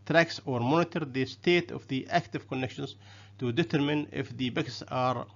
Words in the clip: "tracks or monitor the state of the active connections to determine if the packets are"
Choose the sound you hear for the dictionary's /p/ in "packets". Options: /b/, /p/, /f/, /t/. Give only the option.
/b/